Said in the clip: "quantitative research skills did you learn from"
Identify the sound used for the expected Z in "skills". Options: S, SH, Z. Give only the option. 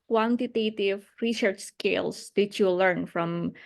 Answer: S